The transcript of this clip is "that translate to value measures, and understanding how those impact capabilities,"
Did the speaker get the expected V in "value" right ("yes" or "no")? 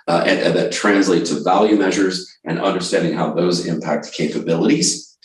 yes